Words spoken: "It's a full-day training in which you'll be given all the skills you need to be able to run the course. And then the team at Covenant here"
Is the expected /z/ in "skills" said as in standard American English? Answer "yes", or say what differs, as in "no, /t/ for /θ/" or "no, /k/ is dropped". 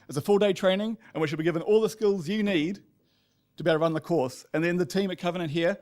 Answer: yes